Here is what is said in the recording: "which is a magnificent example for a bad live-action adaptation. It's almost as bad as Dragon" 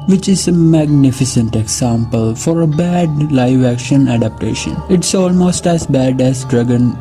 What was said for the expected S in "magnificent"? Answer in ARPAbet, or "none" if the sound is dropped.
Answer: S